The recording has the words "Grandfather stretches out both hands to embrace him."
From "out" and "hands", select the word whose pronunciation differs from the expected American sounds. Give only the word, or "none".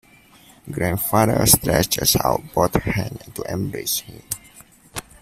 hands